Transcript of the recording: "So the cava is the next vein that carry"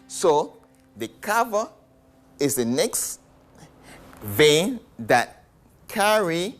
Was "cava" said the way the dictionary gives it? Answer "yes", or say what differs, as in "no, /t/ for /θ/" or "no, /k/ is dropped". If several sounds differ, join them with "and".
yes